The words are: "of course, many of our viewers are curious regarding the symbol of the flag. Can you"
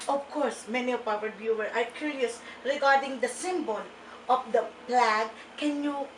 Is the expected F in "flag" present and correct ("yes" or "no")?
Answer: no